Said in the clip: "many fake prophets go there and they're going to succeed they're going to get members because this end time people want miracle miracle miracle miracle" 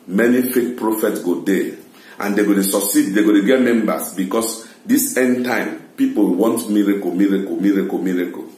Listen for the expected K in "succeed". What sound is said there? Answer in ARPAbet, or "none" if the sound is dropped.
none